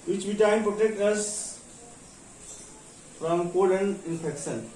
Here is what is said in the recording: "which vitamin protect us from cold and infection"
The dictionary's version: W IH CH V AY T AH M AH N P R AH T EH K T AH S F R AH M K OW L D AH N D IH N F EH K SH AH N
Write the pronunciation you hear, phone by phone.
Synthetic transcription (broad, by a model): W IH CH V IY T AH AH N P R AH T EH K T AH S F R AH M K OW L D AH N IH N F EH K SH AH N